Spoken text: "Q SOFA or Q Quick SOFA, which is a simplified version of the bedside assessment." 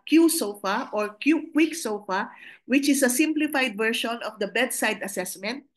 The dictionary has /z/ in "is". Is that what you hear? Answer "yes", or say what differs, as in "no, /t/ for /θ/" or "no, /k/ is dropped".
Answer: no, /s/ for /z/